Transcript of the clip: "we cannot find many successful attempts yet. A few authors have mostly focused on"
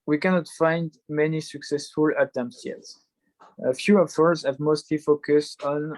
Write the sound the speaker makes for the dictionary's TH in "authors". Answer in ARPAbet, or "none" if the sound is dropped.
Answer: F